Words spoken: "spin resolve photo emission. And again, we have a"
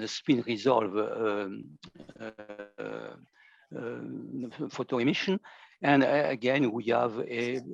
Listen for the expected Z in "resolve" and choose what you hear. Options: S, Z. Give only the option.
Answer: Z